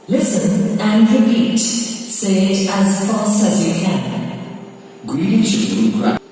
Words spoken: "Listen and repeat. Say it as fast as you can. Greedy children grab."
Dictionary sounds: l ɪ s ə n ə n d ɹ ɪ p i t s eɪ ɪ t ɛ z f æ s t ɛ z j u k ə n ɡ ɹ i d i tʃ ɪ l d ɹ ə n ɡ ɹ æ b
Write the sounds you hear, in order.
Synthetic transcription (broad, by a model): l ɪ s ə n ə n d ɹ ɪ p i t s eɪ ɪ t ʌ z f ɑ s t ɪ z j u k ə n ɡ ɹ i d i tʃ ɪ d ə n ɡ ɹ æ